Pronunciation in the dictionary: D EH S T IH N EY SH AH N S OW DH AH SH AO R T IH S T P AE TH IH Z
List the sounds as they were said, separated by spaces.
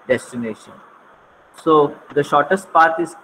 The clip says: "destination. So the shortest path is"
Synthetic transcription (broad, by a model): D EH S T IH N EY SH AH N S OW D AH SH AO R T IH S T P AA T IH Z